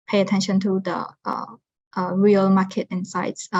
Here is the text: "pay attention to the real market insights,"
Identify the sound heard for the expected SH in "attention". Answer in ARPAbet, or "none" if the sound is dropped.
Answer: SH